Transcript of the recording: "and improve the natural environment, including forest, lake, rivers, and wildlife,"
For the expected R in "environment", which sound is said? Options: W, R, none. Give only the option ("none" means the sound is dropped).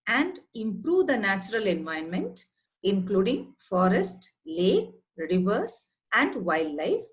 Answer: none